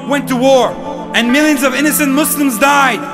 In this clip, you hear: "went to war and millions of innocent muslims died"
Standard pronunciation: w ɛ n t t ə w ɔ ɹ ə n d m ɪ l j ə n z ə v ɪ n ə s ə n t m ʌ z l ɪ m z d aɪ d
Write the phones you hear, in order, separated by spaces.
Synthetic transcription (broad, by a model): w ɛ n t t ə w ɔ ɹ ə n m ɪ l j ə n z ə v ɪ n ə s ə n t m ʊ s l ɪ m z d aɪ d